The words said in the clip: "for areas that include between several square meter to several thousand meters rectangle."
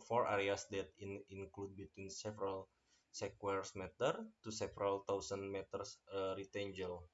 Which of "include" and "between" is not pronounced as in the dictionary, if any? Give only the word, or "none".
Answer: none